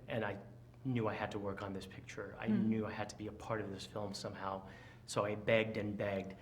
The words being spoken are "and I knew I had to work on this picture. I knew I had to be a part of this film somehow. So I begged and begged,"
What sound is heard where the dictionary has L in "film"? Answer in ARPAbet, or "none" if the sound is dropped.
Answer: L